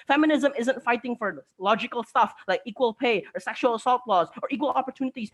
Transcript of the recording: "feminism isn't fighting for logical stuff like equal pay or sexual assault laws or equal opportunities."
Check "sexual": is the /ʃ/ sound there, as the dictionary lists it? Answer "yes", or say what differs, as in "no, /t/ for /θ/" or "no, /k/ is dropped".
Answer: yes